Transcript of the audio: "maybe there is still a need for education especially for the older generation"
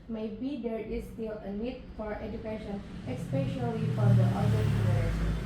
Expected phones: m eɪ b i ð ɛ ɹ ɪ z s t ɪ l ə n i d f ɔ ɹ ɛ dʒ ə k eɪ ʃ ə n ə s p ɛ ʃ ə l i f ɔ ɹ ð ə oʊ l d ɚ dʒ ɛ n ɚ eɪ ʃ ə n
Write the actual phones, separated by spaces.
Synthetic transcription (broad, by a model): m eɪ b i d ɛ ɹ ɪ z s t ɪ l ə n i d f ɔ ɹ ɛ dʒ ə k eɪ ʃ ə n ə s p ɛ ʃ ə l i f ɔ ɹ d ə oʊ d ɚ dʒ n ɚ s